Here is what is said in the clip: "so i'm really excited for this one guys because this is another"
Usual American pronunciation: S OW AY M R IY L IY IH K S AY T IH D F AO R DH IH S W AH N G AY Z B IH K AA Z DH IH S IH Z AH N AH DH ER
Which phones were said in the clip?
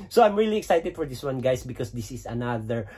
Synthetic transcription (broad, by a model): S OW AY M R IY L IY IH K S AY T IH D F AO R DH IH S W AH N G AY S B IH K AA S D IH S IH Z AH N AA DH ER